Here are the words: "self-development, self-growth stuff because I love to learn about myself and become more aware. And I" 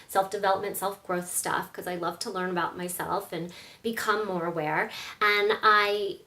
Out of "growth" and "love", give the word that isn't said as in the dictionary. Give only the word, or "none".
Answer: none